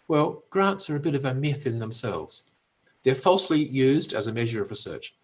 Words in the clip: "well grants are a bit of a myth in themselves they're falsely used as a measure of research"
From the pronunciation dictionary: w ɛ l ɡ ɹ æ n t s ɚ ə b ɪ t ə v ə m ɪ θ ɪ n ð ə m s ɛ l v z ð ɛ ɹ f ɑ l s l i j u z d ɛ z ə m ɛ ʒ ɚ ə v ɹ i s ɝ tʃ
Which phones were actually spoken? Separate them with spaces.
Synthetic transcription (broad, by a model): w ɛ l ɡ ɹ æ n t s ɚ ə b ɪ t ə v ə m ɪ θ ɪ n ð ə m s ɛ l v z ð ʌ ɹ f ɑ l s l i j u z d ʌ z ə m ɛ ʒ ɚ ə v ɹ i s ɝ tʃ